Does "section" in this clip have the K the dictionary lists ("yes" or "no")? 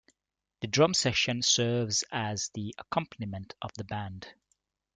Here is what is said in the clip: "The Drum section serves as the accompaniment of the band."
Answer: no